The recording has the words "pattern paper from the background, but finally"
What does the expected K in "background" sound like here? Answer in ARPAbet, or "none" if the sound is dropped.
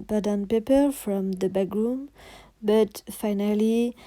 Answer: none